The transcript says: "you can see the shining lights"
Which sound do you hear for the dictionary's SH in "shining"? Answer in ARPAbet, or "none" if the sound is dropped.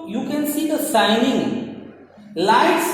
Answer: S